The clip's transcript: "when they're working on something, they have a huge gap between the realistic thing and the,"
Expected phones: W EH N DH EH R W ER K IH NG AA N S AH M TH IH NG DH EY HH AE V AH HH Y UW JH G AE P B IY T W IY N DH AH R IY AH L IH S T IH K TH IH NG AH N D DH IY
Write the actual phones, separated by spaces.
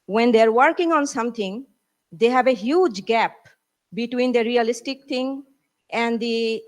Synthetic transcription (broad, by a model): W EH N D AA R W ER K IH NG AA N S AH M T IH NG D EY HH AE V AH HH Y UW JH G AE P B IY T W IY N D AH R IY AH L IH S T IH K T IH NG AH N D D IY